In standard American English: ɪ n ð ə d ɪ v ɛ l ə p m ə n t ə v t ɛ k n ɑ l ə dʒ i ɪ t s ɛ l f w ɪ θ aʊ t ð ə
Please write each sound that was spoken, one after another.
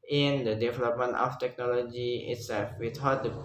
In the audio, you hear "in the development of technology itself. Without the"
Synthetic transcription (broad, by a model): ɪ n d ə d ɪ v ɛ l ə p m ə n t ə f t ɛ k n ɑ l ə dʒ i ɪ t s ɛ l f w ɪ t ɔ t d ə